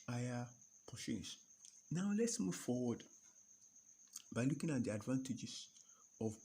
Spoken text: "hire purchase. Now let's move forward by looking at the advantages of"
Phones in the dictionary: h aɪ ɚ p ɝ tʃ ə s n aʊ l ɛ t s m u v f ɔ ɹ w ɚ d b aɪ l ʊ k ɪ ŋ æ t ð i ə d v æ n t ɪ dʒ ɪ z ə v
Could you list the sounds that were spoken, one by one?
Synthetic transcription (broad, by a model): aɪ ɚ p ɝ ʃ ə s n aʊ l ɛ t s m u v f ɔ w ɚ d b aɪ l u k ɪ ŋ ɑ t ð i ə d v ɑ n t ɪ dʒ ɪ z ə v